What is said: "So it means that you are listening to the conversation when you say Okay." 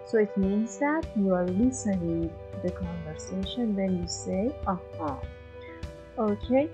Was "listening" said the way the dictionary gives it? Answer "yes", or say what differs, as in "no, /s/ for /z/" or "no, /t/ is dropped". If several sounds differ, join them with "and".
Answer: no, /n/ is dropped